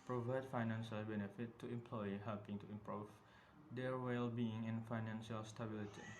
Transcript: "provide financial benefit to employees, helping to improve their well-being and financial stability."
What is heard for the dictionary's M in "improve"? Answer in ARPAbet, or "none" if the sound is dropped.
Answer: M